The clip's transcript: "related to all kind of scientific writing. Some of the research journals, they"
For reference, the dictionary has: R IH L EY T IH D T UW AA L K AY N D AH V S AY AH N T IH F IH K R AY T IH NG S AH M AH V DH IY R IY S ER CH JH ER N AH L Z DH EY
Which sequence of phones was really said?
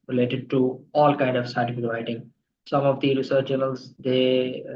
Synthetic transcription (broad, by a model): R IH L EY T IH D T UW AA L K AY N D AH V S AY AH T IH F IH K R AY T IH NG S AH M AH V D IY R IY S ER CH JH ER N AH L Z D EY